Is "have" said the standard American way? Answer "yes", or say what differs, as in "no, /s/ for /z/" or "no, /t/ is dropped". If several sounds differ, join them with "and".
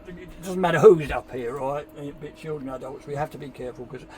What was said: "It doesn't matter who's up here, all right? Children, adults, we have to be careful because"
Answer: no, /f/ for /v/